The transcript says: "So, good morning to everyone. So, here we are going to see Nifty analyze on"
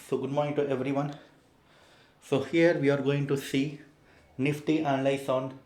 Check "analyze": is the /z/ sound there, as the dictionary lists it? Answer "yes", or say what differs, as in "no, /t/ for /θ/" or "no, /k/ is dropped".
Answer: no, /s/ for /z/